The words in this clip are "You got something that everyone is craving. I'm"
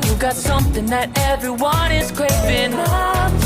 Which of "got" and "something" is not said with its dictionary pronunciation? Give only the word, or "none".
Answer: none